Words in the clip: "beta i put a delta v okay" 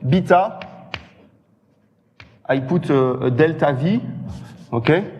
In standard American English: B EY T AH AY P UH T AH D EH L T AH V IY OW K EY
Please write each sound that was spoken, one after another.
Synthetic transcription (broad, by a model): B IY T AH AY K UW T AH D EH L T AH V IY OW K EY